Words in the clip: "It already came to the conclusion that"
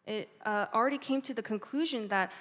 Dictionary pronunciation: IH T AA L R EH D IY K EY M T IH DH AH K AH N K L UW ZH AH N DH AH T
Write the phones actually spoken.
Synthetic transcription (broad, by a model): IH T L R EH D IY K EY M T IH DH AH K AH N K L UW ZH AH N DH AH T